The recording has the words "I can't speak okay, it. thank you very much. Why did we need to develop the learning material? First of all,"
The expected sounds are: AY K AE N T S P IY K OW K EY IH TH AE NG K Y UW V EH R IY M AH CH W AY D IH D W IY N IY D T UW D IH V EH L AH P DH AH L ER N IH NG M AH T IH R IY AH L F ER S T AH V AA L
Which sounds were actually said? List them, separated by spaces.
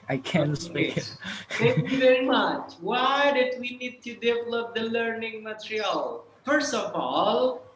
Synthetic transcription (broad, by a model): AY K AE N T S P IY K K IH T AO K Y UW V EH R IY M AH CH W AY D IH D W IY N IY D T UW D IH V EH L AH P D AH L ER N IH NG M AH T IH R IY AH L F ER S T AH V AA L